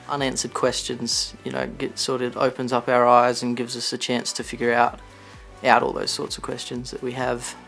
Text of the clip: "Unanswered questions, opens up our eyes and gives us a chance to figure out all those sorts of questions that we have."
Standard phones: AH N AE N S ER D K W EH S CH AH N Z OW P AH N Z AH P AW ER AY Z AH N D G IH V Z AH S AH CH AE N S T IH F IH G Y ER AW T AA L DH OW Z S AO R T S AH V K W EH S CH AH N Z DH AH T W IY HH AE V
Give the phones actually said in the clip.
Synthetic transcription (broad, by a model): AH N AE N S ER D K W EH S CH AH N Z OW P AH N Z AH P AW ER AY Z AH N G IH V Z AH S AH CH AE N S T IH F IH G Y ER AW T AA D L OW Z S AO R T S AH V K W EH S CH AH N Z DH AH T W IY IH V